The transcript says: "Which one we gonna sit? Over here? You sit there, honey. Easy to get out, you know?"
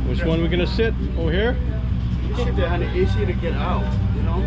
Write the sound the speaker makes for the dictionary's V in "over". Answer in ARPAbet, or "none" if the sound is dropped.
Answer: none